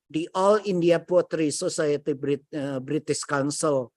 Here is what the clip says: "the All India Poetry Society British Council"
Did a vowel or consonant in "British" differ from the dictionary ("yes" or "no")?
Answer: yes